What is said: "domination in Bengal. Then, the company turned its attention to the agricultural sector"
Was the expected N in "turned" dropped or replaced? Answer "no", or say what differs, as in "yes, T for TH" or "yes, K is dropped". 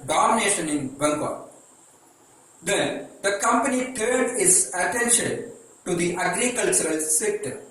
yes, N is dropped